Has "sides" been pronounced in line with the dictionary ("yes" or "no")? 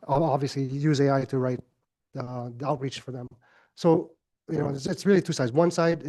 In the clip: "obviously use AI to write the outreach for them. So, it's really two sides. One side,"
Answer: yes